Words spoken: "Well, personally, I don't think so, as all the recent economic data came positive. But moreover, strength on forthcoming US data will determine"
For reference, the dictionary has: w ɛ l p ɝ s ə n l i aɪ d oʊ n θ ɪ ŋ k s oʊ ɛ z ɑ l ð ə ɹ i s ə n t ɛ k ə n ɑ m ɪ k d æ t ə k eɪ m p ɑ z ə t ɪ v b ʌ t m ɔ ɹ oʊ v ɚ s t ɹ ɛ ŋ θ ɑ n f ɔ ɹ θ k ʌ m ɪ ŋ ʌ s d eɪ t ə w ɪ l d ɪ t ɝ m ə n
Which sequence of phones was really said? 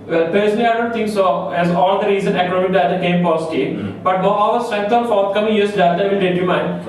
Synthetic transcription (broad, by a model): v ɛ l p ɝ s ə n i aɪ d oʊ n t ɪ ŋ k s oʊ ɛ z ɑ l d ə ɹ i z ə n ɛ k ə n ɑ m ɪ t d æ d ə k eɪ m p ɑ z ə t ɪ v b ʌ t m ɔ oʊ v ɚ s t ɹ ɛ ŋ t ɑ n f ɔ ɹ t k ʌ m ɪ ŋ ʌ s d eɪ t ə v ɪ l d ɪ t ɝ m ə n